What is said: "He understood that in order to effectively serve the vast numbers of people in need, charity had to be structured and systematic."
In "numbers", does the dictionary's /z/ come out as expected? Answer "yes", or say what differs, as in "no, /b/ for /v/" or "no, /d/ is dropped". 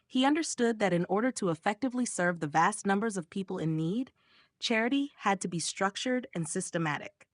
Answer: yes